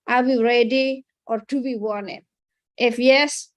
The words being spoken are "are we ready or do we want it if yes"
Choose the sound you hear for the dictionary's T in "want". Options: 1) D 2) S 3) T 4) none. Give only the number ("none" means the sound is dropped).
4